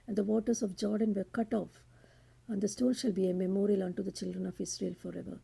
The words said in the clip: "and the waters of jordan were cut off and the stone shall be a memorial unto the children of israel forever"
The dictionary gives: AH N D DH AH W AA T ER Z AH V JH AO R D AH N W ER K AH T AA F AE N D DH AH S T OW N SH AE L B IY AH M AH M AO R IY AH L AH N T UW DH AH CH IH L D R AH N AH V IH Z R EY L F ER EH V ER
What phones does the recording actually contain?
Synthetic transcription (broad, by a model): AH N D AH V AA T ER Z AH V JH AO R D AH N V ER K AH T AA F AE N D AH S T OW L SH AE L B IY AH M AH M AO R IY AH L AH N T UW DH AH CH IH L D R AH N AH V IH S R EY L F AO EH V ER